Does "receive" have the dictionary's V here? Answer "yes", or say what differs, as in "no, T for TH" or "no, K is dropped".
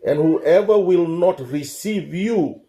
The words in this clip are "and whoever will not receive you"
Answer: yes